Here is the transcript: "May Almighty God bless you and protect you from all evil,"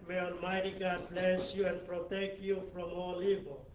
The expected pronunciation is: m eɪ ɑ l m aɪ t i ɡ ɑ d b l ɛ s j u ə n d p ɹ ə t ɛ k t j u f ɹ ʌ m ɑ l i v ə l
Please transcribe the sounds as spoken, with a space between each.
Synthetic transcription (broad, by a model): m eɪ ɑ n m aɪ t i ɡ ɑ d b l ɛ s j u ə n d p ɹ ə t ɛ k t j u f ɹ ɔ m ɑ l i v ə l